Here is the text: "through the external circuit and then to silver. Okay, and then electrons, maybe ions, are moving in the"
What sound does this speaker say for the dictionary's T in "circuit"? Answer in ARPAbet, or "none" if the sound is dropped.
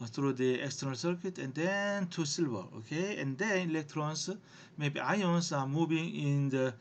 T